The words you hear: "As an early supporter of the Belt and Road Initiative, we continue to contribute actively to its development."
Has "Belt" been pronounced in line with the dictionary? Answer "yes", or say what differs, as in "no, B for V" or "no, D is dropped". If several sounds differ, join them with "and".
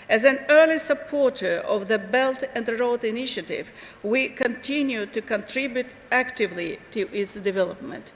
yes